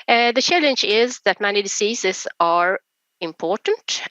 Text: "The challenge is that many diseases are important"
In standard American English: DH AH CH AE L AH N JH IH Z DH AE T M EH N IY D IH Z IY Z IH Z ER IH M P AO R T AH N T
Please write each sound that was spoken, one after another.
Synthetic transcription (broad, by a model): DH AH CH AE L AH N JH IH Z DH AE T M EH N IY D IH S IY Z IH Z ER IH M P AO R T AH N T